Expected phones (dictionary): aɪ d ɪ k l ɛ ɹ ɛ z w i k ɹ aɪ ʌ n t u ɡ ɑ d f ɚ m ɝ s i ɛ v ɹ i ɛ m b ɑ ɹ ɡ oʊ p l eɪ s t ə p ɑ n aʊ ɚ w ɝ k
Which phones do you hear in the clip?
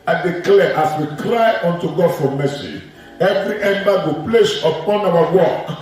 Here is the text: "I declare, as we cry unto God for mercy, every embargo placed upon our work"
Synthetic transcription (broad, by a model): aɪ d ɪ k l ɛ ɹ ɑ s w i k ɹ aɪ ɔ n t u ɡ ɑ d f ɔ m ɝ s i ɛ v ɹ i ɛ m b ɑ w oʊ p l eɪ s ə p ɑ n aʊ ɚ w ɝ k